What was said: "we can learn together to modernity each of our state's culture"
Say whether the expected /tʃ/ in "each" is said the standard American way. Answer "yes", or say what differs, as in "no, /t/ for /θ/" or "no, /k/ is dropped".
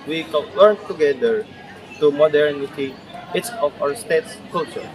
no, /s/ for /tʃ/